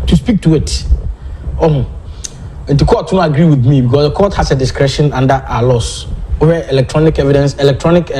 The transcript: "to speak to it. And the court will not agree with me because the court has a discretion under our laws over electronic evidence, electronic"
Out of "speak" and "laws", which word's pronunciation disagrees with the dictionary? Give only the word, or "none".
laws